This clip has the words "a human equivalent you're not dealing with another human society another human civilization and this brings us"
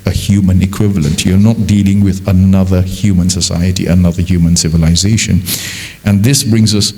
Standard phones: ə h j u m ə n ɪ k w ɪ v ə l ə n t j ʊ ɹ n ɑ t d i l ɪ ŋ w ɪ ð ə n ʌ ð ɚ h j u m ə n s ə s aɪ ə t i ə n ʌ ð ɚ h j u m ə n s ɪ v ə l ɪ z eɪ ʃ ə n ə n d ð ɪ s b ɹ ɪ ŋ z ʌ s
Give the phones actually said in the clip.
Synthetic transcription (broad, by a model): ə h j u m ə n ɪ k w ɪ v ə l ə n t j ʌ ɹ n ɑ t d i l ɪ ŋ w ɪ ð ə n ʌ ð ɚ h j u m ə n s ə s aɪ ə t i ə n ʌ ð ɚ h j u m ə n s ɪ v ə l ɪ z eɪ ʃ ə n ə n ð ɪ s b ɹ ɪ ŋ z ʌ s